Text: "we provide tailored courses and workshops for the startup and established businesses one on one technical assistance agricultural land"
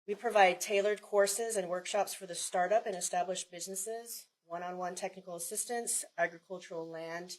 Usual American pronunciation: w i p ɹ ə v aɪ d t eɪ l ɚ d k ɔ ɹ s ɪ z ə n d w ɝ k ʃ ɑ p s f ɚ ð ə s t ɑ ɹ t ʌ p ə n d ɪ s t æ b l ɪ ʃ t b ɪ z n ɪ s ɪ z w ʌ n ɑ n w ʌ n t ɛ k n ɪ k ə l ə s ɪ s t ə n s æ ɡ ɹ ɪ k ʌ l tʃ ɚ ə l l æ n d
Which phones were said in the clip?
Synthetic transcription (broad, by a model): w i p ɹ ə v aɪ d t eɪ l ɚ d k ɔ ɹ s ɪ z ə n w ɝ k ʃ ɑ p s f ɚ ð ə s t ɑ ɹ t ʌ p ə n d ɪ s t æ b l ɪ ʃ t b ɪ z n ɪ s ɪ z w ʌ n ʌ n w ʌ n t ɛ k n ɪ k l ə s ɪ s t ə n s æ ɡ ɹ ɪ k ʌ l tʃ ɚ l l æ n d